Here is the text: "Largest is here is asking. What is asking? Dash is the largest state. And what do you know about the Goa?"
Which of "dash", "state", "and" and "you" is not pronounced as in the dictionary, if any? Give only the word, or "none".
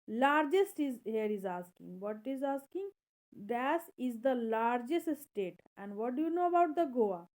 dash